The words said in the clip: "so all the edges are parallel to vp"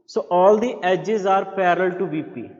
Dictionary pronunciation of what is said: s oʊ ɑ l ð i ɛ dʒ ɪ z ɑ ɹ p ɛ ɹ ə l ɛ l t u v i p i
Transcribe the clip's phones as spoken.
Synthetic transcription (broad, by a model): s oʊ ɑ l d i ɛ dʒ ɪ z ɑ ɹ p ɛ ɹ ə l l t u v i p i